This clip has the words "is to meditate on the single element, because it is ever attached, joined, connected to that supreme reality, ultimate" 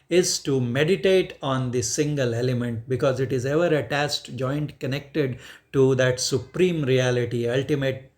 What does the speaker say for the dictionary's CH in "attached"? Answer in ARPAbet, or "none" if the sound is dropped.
S